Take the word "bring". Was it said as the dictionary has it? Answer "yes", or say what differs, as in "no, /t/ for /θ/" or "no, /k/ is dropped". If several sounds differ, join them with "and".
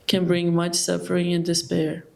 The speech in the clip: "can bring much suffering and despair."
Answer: yes